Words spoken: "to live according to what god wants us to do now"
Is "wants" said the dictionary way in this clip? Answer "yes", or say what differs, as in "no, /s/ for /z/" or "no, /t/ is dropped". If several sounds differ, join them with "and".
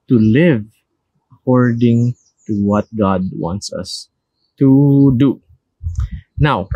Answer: yes